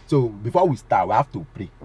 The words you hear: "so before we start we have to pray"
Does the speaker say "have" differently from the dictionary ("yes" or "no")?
yes